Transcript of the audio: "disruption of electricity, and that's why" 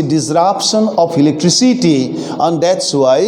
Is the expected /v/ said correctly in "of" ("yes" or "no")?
no